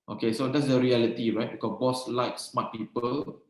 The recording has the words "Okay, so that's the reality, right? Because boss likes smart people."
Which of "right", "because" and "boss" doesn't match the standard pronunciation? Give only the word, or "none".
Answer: because